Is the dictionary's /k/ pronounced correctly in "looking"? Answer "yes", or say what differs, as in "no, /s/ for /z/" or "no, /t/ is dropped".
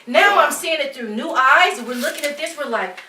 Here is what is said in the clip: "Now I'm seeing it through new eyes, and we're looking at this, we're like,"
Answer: yes